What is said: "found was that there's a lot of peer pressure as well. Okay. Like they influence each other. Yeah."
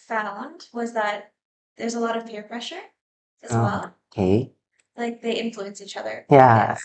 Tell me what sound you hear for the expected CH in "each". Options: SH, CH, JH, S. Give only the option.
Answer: CH